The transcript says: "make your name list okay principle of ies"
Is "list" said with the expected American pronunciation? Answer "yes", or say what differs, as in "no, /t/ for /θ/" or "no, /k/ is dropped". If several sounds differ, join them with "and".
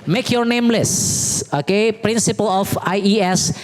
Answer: no, /t/ is dropped